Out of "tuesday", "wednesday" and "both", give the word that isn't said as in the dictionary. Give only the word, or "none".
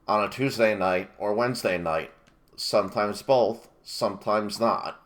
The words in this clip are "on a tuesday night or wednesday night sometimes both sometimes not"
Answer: none